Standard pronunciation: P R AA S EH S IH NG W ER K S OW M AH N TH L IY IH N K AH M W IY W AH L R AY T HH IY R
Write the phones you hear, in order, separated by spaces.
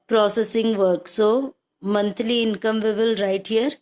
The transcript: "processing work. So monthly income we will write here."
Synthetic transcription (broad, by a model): P R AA S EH S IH NG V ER K S OW M AH N T L IY IH N K AH M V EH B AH L R AY T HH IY R